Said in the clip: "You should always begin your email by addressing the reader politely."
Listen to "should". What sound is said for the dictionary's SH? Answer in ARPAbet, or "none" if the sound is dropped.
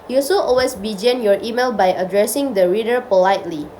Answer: S